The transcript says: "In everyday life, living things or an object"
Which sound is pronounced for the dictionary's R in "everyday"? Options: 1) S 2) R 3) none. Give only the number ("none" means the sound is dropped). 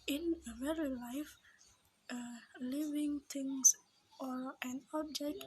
3